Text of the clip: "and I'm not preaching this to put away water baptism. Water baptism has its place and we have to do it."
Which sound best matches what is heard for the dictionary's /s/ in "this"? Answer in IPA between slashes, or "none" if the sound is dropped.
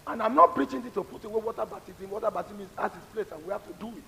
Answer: none